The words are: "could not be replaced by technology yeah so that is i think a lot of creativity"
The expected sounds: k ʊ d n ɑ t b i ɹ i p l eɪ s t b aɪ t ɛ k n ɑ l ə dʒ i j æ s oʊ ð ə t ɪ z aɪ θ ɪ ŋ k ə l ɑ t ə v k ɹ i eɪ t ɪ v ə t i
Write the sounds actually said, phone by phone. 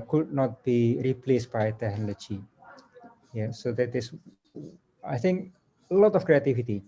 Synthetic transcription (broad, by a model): k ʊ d n ɑ t b i ɹ i p l eɪ s t b aɪ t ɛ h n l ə tʃ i j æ s oʊ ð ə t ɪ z aɪ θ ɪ ŋ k ə l ɑ t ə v k ɹ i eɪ t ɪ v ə t i